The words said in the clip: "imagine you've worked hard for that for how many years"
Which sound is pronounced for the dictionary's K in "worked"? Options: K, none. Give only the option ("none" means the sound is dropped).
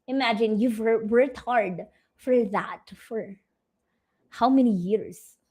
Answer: none